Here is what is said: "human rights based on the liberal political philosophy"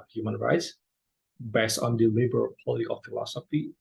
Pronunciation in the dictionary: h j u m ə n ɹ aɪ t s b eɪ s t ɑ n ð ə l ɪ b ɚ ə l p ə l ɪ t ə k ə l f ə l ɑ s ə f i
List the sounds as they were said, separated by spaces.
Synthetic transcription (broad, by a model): h j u m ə n ɹ aɪ t s b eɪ s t ɑ n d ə l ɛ b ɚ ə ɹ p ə l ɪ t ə k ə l f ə l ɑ s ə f i